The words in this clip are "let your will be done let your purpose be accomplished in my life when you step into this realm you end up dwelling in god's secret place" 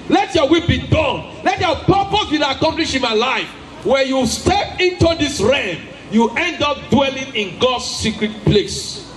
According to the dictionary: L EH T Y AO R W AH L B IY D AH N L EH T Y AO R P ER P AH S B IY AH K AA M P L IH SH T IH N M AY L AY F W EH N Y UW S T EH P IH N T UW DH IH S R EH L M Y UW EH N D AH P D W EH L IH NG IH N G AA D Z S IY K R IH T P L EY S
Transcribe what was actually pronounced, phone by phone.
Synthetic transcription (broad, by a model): L EH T Y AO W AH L B IY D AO N L EH T Y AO P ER P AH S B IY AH K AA M P L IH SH IH N M AY L AY F W EH N Y UW S T EH P IH N T UW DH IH S R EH M Y UW EH N D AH P D W EH L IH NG IH N G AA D S IY K R IH T P L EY S